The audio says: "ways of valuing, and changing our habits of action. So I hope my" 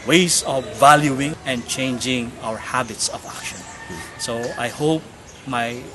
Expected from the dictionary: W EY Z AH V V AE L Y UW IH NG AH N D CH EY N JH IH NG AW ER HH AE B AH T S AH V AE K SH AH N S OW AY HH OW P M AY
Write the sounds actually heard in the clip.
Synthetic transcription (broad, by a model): W EY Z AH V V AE L Y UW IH NG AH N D CH EY N JH IH NG AW ER HH AE B AH T S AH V AE K SH AH N S OW AY HH OW P M AY